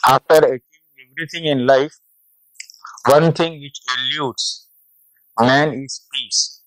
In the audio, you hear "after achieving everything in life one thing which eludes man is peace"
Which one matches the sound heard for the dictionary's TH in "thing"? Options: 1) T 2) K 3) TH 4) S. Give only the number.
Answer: 1